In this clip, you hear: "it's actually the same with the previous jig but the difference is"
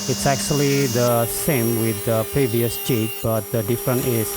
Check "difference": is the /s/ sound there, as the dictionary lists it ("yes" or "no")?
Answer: no